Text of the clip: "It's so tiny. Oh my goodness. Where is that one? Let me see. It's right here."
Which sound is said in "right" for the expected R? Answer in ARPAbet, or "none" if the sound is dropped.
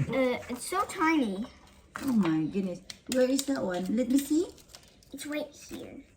W